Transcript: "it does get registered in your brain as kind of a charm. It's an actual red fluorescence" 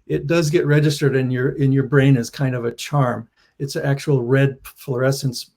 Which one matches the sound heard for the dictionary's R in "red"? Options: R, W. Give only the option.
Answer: R